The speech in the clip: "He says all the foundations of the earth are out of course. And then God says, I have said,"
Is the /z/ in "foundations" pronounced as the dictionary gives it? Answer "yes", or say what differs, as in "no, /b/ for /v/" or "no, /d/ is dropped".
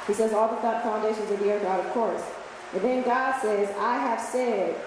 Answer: yes